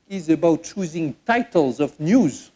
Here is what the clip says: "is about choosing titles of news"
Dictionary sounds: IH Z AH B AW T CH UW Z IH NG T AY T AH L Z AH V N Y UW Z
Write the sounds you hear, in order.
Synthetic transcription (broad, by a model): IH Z AH B AW T CH UW Z IH NG T AY T AH L Z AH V N Y UW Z